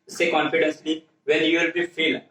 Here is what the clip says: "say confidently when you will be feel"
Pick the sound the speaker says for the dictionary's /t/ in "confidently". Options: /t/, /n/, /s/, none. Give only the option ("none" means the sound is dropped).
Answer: /s/